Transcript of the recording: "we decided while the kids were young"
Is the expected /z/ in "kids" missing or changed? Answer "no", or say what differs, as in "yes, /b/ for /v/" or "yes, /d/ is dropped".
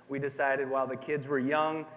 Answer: no